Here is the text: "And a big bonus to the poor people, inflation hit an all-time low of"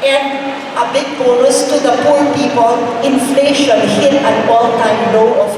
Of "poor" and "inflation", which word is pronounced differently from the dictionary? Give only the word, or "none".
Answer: poor